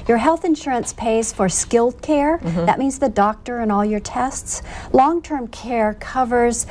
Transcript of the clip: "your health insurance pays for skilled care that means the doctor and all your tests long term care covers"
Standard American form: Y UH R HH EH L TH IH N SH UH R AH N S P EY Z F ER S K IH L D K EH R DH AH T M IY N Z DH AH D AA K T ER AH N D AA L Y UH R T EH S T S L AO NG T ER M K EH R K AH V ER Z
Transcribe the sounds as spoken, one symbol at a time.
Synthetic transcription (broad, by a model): Y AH R HH EH L TH IH N SH UH R AH N S P EY Z F ER S K IH L D K EH R DH AH T M IY N Z DH AH D AA K T ER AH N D AA L Y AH R T EH S T S L AO NG T ER M K EH R K AH V ER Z